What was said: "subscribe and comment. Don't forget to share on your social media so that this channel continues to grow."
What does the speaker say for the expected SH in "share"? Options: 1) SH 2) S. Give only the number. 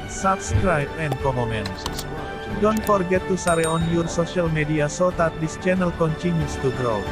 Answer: 2